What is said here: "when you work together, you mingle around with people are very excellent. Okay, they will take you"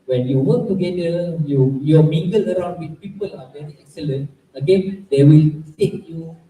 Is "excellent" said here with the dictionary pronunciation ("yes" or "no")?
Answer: yes